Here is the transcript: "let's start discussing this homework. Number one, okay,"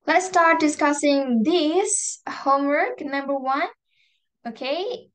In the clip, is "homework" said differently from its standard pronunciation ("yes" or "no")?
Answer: no